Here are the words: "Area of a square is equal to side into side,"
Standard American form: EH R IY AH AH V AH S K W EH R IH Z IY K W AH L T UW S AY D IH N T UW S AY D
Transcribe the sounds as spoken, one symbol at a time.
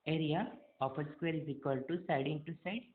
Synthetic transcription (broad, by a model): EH R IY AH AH P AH S K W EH R IH Z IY K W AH L T UW S AY D IH N T UW S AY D